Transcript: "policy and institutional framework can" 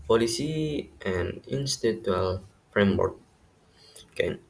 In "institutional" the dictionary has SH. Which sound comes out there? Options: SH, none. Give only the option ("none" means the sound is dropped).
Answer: none